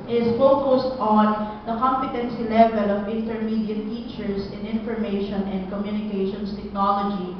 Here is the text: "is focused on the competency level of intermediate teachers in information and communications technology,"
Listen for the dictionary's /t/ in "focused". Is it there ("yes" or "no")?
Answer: yes